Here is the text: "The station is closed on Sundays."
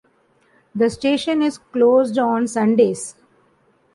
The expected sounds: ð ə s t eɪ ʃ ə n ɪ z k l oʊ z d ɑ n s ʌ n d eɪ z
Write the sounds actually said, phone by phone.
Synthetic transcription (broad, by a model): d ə s t eɪ ʃ ə n ɪ z k l oʊ z d ɑ n s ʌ n d eɪ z